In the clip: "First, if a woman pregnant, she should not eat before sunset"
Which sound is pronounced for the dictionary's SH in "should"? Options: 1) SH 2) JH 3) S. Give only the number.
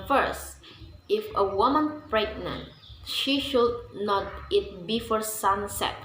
1